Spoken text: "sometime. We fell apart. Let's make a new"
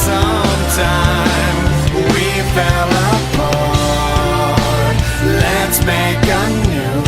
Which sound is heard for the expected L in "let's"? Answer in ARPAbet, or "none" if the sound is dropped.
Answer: L